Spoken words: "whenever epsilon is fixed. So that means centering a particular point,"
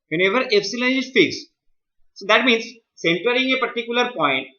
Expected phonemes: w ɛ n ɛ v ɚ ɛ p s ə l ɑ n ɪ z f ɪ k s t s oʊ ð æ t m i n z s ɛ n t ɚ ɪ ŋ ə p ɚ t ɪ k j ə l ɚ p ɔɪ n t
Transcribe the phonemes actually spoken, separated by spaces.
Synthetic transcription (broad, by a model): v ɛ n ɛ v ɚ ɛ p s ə l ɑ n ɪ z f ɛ s s oʊ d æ t m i n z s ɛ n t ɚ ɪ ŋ ə p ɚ t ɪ k j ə l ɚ p ɔɪ n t